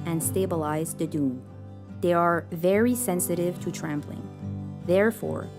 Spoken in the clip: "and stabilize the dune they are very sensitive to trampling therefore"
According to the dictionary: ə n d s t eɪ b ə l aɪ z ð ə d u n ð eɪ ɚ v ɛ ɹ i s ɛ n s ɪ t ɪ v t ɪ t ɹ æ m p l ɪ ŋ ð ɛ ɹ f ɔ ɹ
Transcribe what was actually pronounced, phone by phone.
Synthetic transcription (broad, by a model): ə n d s t eɪ b ə l aɪ z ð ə d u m ð eɪ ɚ v ɛ ɹ i s ɛ n s ɪ t ɪ v t ɪ t ɹ æ m p l ɪ ŋ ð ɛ ɹ f ɔ ɹ